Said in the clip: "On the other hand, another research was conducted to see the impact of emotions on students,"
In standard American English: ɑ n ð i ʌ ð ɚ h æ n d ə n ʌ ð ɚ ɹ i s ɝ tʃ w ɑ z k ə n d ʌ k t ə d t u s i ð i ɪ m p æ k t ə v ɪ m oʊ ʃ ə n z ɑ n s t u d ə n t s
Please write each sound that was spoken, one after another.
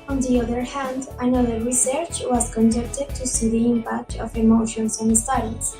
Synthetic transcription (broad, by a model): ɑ n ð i ʌ ð ɚ h æ n d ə n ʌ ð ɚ ɹ i s ɝ tʃ w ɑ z k ə n d ʌ k t ə d t u s i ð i ɪ m p æ k t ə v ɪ m oʊ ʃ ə n s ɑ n s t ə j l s